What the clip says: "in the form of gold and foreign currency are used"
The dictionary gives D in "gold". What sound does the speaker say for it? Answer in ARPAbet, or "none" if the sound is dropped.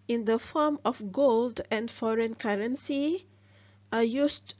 D